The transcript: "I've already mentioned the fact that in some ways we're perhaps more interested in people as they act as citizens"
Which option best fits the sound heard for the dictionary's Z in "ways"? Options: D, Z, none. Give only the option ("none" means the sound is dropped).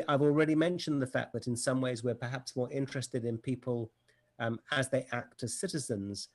Z